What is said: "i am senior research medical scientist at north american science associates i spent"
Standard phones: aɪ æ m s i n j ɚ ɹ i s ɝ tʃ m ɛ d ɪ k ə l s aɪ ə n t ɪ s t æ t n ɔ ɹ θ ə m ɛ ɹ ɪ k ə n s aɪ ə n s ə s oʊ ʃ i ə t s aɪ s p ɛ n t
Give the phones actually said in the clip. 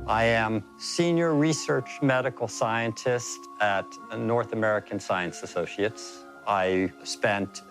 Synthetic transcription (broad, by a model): aɪ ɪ m s i n j ɚ ɹ i s ɝ tʃ m ɛ d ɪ k l s aɪ ə n t ɪ s t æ t n ɔ ɹ θ ə m ɛ ɹ ɪ k ə n s aɪ ə n s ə s oʊ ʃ i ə t s aɪ s p ɛ n t